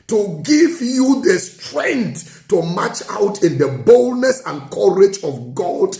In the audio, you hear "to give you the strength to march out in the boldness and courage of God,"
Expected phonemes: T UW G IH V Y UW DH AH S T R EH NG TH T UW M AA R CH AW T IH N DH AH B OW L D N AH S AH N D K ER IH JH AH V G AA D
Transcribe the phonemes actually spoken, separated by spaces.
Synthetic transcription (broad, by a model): T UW G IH V Y UW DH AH S T R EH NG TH T UW M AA CH AW T IH N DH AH B OW L D N AH S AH N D K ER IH JH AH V G AA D